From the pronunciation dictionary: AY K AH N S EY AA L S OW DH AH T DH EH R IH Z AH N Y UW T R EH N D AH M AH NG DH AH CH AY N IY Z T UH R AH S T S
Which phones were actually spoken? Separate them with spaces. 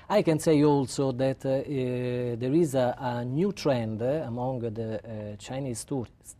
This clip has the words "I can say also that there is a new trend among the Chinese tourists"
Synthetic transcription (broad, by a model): AY K AH N S EY AA L S OW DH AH T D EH R IH Z AH N Y UW T R EH N D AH M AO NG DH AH CH AY N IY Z T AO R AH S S